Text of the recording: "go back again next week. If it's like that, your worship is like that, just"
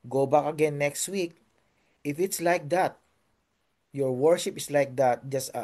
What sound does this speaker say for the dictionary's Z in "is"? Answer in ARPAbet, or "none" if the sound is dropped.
S